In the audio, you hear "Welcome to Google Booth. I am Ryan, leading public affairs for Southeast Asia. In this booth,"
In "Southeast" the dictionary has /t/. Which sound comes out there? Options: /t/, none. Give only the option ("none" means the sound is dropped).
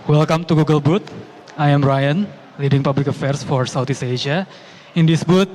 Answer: none